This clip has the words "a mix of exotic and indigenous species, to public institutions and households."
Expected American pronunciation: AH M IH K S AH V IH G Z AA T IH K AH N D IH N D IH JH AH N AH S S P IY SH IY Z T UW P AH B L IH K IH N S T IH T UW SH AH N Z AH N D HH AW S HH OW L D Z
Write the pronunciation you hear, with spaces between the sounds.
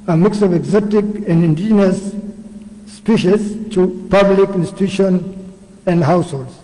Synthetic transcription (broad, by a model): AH M IH K S AH V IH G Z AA T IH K AH N D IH N D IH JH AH N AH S S P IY SH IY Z T UW P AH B L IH K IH N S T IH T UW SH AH N AH N D HH AW S HH OW L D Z